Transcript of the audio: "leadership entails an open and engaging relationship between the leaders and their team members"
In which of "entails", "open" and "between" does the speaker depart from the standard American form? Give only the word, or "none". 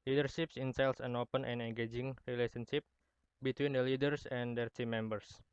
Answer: entails